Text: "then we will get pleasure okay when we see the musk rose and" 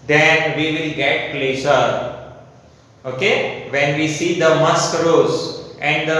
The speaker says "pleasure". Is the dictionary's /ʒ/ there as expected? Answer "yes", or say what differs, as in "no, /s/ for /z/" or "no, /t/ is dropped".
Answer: no, /s/ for /ʒ/